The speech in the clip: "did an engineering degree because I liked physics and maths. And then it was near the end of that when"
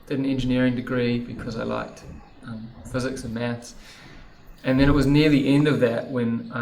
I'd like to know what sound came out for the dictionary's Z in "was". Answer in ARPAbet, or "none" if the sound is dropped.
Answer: Z